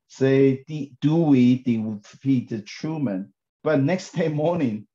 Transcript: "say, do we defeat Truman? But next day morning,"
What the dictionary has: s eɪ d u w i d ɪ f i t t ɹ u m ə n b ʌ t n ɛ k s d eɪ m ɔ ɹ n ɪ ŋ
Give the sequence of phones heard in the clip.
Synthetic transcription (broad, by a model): s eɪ d u w i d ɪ p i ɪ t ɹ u m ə n b ʌ t n ɛ k s d eɪ m ɔ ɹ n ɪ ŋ